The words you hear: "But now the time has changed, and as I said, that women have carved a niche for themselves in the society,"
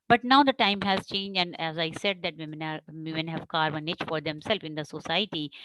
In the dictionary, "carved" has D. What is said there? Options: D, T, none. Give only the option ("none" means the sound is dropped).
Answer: none